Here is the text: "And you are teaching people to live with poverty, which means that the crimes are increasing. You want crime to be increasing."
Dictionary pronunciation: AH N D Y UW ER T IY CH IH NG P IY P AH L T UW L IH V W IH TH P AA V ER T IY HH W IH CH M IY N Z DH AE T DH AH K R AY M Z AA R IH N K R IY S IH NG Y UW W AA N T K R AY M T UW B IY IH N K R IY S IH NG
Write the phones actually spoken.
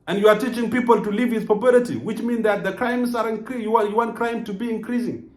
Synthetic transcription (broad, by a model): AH N Y UW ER T IY CH IH NG P IY P AH L T UW L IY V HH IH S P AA B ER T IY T W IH CH M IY N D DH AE T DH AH K R AY M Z AA R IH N K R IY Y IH Y UW W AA N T K R AY M T UW B IY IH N K R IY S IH NG